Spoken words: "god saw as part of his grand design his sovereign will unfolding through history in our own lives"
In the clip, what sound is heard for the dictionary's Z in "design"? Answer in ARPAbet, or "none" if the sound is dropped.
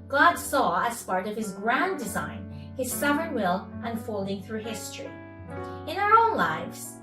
Z